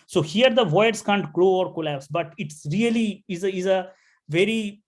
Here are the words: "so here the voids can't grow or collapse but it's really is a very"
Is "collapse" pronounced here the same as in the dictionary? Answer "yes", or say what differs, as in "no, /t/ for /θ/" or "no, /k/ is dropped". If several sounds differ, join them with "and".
yes